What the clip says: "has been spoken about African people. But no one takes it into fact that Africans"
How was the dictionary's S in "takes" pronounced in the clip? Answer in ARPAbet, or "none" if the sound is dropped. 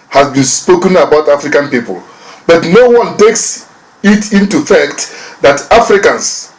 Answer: S